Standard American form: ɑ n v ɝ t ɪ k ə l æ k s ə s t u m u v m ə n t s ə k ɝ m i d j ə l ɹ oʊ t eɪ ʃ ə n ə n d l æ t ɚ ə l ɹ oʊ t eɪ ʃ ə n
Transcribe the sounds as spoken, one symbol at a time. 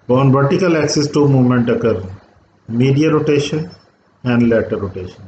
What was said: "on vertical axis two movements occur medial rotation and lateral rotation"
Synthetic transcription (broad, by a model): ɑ n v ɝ t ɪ k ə l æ k s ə s t u m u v m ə n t ə k ɝ m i d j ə ɹ oʊ t eɪ ʃ ə n ə n d l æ t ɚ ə ɹ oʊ t eɪ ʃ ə n